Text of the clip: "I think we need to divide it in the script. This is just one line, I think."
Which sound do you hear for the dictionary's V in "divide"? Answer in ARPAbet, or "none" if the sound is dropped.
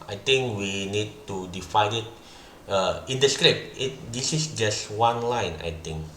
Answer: F